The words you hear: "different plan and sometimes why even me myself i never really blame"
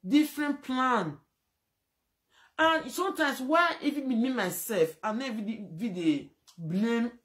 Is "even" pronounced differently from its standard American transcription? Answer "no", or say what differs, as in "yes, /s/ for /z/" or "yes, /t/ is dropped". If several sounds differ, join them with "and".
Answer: yes, /f/ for /v/